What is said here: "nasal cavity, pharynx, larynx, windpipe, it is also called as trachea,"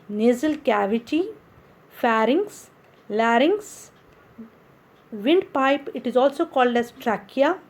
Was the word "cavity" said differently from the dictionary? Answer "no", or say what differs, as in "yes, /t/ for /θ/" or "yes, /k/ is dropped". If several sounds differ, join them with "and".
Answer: no